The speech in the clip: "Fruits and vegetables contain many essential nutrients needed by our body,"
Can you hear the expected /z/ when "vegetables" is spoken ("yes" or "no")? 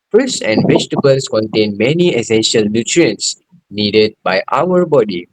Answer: no